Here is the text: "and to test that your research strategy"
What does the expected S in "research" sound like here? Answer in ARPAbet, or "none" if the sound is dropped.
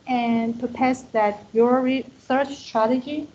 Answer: TH